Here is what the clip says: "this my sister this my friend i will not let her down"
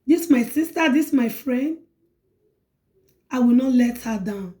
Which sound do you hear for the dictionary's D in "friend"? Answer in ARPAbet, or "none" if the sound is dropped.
D